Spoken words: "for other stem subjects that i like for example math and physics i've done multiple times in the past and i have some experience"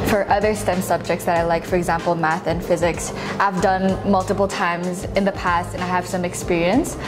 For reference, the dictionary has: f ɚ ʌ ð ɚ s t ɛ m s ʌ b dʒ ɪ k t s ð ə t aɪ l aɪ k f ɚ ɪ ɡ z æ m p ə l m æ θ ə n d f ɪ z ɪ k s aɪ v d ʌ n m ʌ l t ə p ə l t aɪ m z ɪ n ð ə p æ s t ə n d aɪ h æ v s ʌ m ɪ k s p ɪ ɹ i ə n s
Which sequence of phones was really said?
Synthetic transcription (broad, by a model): f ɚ ʌ ð ɚ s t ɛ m s ʌ b dʒ ɪ k t s ð ə t aɪ l aɪ k f ɚ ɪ ɡ z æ m p l m æ θ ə n f ɪ z ɪ k s aɪ v d ʌ n m ʌ l t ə p l t aɪ m z ɪ n ð ə p æ s t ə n aɪ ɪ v s ʌ m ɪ k s p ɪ ɹ i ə n s